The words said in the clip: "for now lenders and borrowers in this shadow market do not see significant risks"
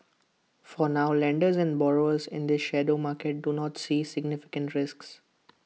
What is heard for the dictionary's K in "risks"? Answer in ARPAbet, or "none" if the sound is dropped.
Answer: K